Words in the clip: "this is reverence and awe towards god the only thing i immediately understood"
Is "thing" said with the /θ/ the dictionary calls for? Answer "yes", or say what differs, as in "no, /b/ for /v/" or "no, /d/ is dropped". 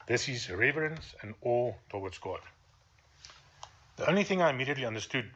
yes